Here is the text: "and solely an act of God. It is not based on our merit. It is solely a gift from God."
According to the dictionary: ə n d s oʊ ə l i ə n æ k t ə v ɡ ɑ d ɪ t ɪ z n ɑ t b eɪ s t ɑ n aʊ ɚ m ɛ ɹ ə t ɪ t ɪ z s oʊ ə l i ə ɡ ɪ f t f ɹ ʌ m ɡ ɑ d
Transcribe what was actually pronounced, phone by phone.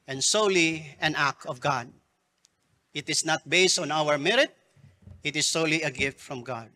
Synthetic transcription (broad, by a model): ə n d s oʊ l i ə n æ k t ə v ɡ ɑ d ɪ t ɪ s n ɑ t b eɪ s t ɑ n aʊ ɚ m ɛ ɹ ə t ɪ t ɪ s oʊ ə l i ə ɡ ɪ f t f ɹ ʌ m ɡ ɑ d